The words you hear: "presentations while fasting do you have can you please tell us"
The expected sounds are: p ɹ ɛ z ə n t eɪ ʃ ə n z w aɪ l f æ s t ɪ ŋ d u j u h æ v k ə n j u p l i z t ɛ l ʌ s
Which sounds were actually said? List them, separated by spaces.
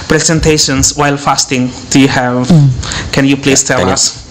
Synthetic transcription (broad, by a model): p ɹ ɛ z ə n t eɪ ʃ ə n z w aɪ l f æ s t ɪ ŋ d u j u h æ v k ə n j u p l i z t ɛ l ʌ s